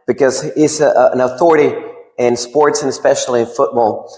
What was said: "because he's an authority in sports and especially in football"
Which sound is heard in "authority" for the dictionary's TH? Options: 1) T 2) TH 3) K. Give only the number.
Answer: 2